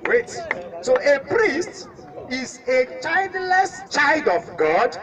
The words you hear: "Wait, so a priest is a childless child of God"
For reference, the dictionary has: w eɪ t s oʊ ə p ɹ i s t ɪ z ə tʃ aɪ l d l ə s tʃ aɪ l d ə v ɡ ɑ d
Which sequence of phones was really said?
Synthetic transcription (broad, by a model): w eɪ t s oʊ ə p ɹ i s t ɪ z ə tʃ aɪ l d l ə s tʃ aɪ l d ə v ɡ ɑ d